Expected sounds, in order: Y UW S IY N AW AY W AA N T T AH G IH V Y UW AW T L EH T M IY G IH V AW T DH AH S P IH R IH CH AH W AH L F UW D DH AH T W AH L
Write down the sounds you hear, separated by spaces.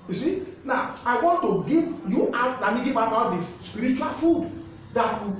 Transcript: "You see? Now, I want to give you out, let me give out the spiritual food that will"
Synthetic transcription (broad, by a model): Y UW S IY N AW AY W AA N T T AH G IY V Y UW AW T N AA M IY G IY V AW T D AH S P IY R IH CH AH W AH L F UW D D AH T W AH